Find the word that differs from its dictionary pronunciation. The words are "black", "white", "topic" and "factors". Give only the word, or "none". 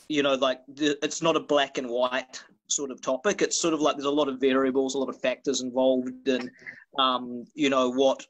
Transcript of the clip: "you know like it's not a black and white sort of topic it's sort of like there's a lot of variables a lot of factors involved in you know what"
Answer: none